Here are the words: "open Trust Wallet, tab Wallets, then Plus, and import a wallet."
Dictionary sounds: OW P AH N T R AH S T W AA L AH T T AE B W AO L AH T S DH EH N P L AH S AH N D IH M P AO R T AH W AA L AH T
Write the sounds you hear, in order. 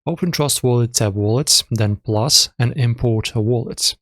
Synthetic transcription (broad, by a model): OW P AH N T R AH S T W AA L AH T S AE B W AO L AH T S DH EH N P L AH S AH N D IH M P AO R T AH W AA L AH T